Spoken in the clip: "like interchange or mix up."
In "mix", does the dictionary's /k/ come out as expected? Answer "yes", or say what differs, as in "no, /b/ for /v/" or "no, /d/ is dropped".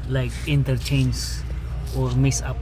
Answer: no, /k/ is dropped